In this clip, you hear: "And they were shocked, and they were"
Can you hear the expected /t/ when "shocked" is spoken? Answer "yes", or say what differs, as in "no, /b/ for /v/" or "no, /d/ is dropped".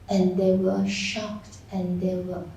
yes